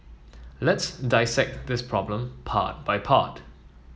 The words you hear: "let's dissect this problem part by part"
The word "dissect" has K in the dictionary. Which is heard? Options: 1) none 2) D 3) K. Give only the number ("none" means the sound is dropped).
3